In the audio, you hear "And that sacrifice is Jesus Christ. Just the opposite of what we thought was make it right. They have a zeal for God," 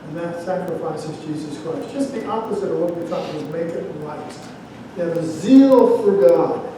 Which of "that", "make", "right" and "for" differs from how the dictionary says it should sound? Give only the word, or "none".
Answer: right